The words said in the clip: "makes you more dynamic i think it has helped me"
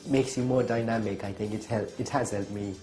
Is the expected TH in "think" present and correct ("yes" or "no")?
yes